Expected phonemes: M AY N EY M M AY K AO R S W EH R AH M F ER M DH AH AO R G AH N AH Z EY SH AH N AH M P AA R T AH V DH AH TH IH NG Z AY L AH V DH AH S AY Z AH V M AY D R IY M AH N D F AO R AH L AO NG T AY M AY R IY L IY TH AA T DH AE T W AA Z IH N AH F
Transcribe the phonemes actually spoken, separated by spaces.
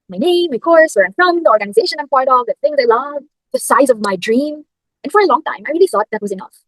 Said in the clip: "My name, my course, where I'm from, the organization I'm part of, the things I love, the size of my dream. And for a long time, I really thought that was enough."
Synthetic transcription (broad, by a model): M AY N EY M M AY K AO R S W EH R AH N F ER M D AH AO R G AH N AH Z EY SH AH N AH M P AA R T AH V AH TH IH NG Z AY L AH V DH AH S AY Z AH V M AY D R IY M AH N F AO R AH L AO NG T AY M AY R IY L IY S AA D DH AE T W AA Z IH N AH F